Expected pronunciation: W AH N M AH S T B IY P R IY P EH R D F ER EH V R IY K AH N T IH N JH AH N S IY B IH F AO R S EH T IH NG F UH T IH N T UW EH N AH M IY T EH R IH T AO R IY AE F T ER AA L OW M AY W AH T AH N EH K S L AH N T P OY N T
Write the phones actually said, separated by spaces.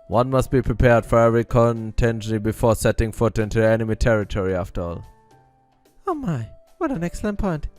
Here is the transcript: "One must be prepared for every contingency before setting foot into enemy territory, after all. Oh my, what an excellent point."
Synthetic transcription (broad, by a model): W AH N M AH S T B IY P R IY P EH R D F ER EH V R IY K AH N T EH N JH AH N IY B IH F AO R S EH T IH NG F UH T IH N T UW EH N AH M IY T EH R IH T AO R IY AE F T ER AA L OW M AY W AH T AH N EH K S L AH N T P OY N T